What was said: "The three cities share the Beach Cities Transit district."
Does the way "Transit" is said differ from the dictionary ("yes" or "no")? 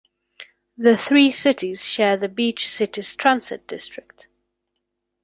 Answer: yes